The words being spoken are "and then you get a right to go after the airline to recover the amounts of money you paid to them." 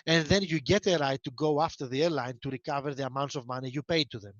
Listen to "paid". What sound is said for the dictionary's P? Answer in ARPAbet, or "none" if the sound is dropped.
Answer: P